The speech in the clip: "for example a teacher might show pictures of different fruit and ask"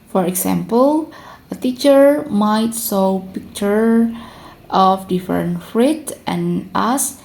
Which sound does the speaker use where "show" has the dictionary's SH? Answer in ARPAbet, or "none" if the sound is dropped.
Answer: S